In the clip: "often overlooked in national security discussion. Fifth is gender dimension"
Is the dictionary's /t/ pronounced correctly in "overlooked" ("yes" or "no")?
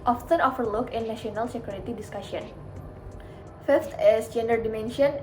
no